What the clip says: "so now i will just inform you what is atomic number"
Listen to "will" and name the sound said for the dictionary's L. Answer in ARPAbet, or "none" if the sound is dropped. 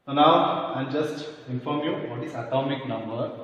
N